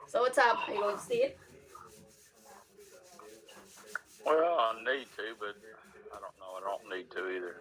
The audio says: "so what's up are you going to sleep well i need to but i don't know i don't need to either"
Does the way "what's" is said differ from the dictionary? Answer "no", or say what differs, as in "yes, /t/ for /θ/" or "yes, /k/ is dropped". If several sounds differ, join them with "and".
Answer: yes, /s/ is dropped